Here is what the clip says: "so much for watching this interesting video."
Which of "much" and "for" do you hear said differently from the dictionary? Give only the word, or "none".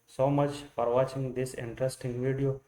for